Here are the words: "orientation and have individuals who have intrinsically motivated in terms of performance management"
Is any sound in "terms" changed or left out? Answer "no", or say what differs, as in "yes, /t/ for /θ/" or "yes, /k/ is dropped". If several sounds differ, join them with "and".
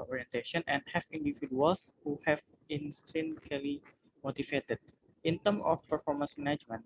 yes, /z/ is dropped